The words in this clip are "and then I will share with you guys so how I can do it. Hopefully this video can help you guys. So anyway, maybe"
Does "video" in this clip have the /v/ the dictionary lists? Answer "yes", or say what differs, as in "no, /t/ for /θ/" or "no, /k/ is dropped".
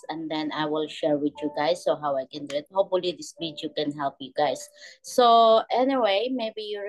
no, /b/ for /v/